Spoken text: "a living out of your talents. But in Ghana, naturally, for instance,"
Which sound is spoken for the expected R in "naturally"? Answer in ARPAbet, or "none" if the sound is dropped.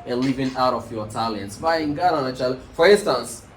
none